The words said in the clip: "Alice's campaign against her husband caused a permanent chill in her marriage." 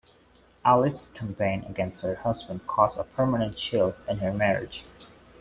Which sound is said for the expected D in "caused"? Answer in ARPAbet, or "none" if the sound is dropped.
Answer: none